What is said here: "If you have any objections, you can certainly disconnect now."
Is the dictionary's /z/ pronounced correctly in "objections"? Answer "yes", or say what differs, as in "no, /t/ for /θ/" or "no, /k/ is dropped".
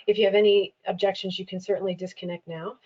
yes